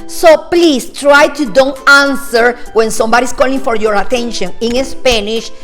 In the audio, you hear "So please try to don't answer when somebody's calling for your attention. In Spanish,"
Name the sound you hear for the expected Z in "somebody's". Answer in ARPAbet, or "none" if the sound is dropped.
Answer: S